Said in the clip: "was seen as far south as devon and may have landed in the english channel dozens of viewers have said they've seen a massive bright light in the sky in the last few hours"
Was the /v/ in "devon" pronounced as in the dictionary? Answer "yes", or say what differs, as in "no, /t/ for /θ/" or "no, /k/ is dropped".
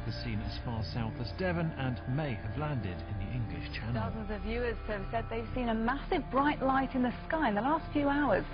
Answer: yes